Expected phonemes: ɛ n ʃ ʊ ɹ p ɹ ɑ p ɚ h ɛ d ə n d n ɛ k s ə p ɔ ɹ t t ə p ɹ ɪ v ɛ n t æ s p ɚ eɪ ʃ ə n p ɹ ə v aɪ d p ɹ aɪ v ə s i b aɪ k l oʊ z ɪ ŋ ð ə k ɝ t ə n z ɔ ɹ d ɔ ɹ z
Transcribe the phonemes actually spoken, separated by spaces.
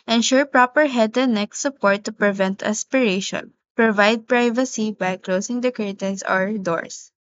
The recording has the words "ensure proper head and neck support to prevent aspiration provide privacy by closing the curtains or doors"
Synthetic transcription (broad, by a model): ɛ n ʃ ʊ ɹ p ɹ ɑ p ɚ h ɛ d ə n n ɛ k s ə p ɔ ɹ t t ə p ɹ ɪ v ɛ n t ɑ s p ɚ eɪ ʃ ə n p ɹ ə v aɪ d p ɹ aɪ v ə s i b aɪ k l oʊ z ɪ ŋ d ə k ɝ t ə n s ɔ ɹ d ɔ ɹ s